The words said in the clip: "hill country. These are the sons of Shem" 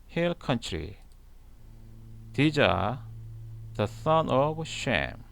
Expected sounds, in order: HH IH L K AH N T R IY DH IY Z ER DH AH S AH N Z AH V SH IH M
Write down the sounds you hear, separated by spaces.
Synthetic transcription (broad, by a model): HH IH L K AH N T R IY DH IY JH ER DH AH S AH N AH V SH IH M